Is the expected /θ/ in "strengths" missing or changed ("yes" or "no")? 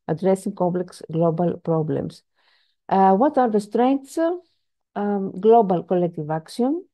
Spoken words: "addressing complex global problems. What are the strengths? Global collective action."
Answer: yes